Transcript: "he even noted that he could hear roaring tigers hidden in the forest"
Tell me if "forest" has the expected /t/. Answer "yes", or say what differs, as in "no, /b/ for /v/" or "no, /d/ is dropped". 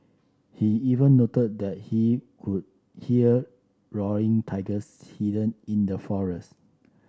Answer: yes